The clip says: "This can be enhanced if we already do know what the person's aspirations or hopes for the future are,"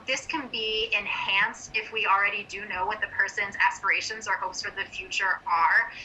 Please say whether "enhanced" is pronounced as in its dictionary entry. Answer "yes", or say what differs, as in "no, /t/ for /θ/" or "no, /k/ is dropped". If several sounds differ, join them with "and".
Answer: yes